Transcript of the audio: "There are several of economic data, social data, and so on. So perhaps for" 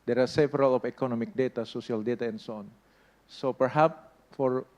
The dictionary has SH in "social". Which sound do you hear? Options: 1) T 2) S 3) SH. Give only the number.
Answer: 2